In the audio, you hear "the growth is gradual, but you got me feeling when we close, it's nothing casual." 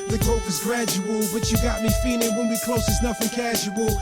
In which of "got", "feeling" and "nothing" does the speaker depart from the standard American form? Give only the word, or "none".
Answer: nothing